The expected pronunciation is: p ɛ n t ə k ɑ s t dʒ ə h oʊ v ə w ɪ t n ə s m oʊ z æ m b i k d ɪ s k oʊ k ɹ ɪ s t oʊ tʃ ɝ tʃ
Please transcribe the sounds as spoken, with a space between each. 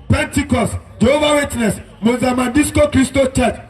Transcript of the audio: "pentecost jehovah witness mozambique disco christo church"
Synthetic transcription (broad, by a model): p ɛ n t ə k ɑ s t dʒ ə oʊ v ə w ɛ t n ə s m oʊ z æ m ɑ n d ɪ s k oʊ k ɹ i s t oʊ tʃ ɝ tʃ